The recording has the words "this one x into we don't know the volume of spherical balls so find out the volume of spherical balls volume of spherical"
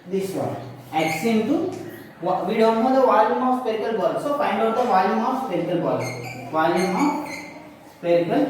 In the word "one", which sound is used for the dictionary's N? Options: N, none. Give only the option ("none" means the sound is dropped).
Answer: none